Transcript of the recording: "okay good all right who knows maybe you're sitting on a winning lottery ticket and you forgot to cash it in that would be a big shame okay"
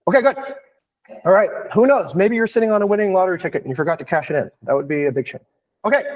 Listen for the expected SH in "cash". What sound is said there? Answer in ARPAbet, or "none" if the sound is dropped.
SH